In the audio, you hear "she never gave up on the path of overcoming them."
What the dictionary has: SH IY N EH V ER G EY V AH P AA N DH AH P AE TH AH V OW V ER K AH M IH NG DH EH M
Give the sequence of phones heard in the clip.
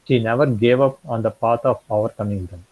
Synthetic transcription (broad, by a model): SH IY N EH V ER G EY V AH P AA N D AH P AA T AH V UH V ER K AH M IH NG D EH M